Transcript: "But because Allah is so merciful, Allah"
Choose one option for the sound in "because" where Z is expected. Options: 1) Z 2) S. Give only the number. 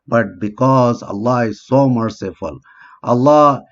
1